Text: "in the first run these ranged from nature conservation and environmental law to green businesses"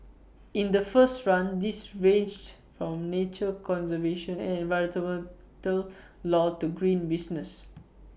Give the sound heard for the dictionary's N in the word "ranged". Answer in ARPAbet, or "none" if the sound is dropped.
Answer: none